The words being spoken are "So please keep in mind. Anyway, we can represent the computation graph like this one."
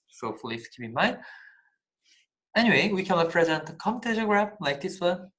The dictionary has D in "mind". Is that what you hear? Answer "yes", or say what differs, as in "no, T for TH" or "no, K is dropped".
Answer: no, D is dropped